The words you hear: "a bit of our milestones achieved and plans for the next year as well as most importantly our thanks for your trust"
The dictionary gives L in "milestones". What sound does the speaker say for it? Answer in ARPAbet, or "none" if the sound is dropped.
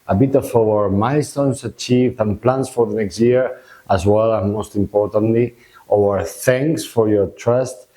none